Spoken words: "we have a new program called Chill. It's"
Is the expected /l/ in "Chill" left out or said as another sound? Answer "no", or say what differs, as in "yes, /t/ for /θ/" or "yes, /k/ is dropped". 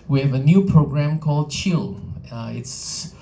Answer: no